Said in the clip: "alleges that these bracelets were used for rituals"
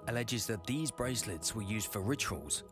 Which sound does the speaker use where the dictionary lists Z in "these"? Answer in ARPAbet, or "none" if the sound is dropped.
Z